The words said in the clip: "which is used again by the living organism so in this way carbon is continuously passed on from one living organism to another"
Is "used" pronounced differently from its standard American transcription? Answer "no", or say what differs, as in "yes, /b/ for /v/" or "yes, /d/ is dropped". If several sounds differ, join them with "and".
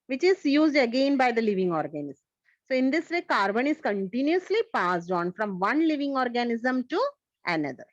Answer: no